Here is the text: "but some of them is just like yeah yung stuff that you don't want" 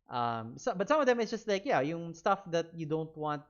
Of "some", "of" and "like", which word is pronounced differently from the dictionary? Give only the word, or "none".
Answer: none